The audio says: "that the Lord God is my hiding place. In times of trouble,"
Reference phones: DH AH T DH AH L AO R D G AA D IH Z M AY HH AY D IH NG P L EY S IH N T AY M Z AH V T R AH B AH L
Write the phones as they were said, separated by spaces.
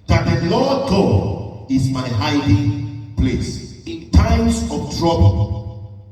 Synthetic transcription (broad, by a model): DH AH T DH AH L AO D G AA IH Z M AY HH AY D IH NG P L EY S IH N T AY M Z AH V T R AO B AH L